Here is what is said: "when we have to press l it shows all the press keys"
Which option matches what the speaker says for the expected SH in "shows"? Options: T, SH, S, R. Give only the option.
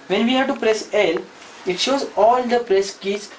SH